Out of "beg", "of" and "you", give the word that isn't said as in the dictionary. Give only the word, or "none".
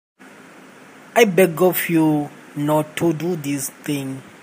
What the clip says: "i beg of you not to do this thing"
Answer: of